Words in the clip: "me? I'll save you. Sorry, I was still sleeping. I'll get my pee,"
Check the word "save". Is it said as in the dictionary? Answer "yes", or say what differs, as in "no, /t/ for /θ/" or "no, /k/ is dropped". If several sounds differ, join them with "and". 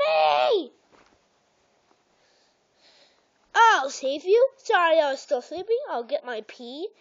yes